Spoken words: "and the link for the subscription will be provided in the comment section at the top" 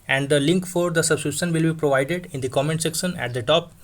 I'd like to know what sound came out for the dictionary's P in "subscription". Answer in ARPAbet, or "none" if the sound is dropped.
none